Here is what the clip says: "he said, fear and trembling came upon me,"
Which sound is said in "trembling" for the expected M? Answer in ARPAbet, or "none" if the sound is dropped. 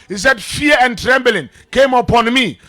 M